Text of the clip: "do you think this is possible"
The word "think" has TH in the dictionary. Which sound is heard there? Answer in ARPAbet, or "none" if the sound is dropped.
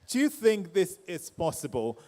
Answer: TH